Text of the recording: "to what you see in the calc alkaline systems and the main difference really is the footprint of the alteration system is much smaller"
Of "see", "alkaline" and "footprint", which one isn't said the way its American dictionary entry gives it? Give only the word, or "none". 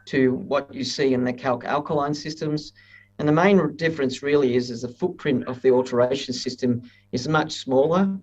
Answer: none